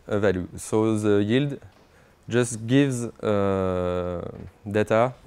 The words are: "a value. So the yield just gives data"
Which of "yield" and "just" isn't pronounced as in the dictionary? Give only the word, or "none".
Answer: none